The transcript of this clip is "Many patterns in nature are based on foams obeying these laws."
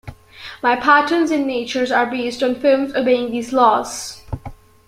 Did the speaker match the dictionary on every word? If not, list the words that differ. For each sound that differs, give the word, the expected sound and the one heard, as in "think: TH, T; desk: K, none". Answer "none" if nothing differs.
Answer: many: N, none